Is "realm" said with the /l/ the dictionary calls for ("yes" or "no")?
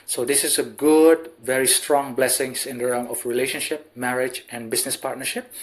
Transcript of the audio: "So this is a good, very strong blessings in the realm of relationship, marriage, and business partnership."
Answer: no